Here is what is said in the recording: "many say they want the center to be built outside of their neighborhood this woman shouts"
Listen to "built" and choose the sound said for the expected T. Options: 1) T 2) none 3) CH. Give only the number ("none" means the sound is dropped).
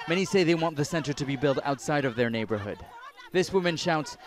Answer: 1